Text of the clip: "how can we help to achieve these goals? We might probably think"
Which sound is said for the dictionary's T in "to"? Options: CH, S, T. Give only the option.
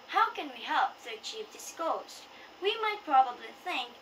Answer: S